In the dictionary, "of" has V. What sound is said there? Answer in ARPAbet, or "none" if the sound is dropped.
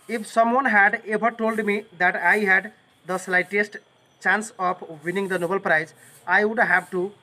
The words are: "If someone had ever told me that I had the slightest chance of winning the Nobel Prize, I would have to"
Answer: P